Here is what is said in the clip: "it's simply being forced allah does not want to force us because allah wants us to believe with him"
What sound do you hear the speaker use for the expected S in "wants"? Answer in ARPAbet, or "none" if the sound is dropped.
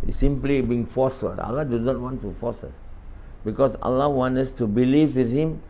none